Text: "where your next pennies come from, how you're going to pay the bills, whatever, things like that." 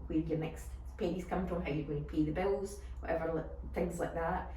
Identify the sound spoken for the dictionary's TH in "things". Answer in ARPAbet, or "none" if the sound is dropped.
TH